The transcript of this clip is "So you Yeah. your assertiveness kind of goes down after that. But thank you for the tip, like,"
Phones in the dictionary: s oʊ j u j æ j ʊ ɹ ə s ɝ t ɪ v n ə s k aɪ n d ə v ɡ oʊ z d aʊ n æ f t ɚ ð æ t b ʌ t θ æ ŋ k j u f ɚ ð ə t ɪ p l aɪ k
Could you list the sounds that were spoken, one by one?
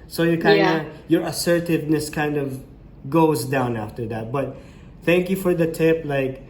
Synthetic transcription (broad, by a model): s oʊ j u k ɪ j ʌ ɹ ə s ɝ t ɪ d n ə s k aɪ n d ə v ɡ oʊ z d aʊ n æ f t ɚ ð æ t b ʌ t θ æ ŋ k j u f ɚ ð ə t ɪ p l aɪ k